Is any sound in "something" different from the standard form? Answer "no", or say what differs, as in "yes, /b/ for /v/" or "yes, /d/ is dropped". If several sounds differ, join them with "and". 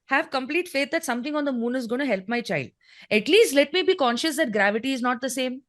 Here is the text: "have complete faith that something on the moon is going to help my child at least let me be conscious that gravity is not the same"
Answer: yes, /t/ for /θ/